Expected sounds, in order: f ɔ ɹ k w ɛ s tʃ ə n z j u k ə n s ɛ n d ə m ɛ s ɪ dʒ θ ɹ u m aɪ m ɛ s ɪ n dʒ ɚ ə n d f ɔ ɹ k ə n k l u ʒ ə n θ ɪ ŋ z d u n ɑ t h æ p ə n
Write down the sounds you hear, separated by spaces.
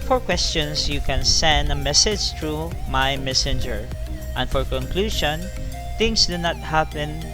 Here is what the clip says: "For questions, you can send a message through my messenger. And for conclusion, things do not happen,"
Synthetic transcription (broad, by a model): f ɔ ɹ k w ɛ s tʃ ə n s j u k ə n s ɛ n d ə m ɛ s ɪ dʒ t ɹ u m aɪ m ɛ s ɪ n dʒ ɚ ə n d f ɔ ɹ k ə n k l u ʃ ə n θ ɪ ŋ s d u n ɑ t h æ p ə n